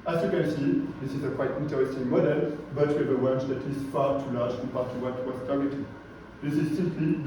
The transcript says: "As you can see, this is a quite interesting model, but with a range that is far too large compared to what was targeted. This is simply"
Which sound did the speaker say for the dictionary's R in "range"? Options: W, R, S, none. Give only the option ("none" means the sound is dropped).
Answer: W